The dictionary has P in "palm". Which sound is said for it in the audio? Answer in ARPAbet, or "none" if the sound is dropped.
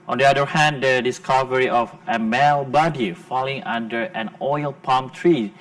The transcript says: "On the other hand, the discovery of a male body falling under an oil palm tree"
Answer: P